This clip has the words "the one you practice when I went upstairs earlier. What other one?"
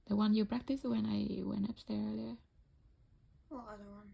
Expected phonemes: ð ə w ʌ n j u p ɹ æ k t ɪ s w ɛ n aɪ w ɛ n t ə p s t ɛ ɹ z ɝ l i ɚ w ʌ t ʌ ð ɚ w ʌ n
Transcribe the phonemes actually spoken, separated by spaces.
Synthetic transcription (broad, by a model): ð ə w ʌ n j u p ɹ æ k t ɪ s w ɛ n aɪ w ɛ n t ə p s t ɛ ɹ ɝ l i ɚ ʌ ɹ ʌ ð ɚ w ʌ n